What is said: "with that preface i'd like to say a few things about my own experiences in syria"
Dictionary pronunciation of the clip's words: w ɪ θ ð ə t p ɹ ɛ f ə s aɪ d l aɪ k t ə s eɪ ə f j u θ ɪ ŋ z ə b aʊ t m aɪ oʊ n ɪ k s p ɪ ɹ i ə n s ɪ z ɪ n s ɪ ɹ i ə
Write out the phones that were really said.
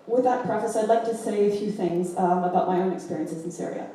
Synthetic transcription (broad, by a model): w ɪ ð ə t p ɹ ɛ f ə s aɪ d l aɪ k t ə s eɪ ə f j u θ ɪ ŋ z ə b aʊ t m aɪ oʊ n ɪ k s p ɪ ɹ i ə n s ɪ z n s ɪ ɹ i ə